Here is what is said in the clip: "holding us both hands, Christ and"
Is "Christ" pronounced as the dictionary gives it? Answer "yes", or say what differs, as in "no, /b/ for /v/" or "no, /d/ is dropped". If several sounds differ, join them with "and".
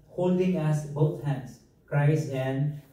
no, /t/ is dropped